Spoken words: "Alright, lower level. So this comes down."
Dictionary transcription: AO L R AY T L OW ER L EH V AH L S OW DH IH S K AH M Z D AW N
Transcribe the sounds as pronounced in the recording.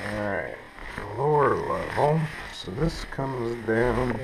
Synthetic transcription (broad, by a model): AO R R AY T L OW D L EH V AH L S OW DH IH S K AH M Z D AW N